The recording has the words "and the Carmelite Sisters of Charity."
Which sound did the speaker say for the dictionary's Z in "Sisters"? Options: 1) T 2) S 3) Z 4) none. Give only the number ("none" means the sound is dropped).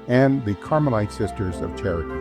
3